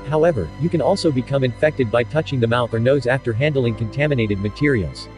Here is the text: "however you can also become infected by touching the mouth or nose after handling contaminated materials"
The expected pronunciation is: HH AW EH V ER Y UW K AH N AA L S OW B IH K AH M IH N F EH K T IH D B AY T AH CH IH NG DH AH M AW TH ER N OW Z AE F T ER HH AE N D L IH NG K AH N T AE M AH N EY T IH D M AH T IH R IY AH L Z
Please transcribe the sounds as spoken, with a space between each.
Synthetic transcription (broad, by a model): HH AW EH V ER Y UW K AH N AA L S OW B IH K AH M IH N F EH K T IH D B AY T AH CH IH NG DH AH M AW TH ER N OW Z AE F T ER HH AE N D L IH NG K AH N T AE M AH N EY T IH D M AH T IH R IY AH L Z